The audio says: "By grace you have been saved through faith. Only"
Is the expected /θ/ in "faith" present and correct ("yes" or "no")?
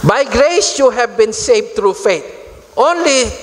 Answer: no